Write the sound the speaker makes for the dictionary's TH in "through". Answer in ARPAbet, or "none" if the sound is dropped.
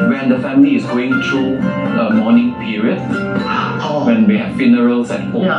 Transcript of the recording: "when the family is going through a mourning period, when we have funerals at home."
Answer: T